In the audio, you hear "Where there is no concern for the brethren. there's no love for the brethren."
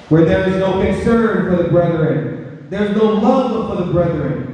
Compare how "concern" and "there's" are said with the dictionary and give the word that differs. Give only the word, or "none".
none